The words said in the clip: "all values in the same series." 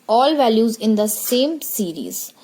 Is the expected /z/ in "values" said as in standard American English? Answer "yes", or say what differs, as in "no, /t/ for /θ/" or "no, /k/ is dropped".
yes